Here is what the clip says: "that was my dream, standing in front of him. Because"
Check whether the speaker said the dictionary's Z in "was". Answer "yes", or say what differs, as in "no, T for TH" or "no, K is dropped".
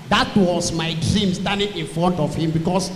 no, S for Z